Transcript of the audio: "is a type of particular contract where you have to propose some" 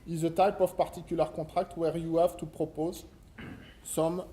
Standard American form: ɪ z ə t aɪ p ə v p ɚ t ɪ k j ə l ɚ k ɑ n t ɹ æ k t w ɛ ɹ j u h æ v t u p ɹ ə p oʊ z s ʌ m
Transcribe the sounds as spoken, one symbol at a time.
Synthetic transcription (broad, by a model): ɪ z ə t aɪ p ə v p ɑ t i k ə l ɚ k ɑ t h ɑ k t w ɛ ɹ j u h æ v t u p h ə p oʊ z s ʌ m